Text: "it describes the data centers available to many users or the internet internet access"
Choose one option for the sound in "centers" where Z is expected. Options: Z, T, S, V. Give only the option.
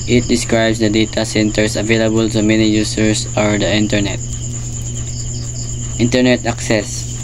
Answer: S